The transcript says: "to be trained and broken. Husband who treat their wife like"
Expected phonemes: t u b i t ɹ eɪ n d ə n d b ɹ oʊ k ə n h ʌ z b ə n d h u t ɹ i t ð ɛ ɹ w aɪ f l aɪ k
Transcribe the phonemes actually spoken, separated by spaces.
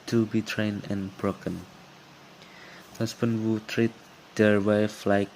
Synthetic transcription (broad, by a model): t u b i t ɹ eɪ n ə n b ɹ oʊ k ə n h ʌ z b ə n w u t ɹ i t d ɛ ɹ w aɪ f l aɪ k